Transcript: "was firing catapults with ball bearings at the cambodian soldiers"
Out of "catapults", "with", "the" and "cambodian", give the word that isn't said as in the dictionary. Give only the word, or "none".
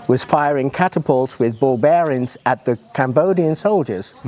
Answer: none